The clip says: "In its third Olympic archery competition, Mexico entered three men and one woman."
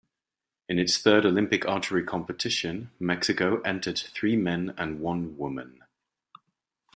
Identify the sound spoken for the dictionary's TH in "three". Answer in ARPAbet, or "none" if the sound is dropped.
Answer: TH